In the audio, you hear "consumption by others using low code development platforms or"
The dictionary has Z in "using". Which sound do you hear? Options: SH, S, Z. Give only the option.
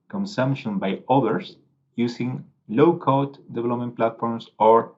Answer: S